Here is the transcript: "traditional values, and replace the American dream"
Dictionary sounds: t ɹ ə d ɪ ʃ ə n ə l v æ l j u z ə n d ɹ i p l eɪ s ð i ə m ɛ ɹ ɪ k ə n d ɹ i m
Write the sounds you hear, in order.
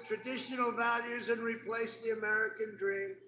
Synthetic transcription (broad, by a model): t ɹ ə d ɪ ʃ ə n l v æ l j u z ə n ɹ i p l eɪ s ð i ə m ɛ ɹ ɪ k ə n d ɹ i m